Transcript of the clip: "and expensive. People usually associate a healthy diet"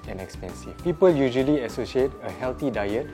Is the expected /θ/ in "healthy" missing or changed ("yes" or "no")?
yes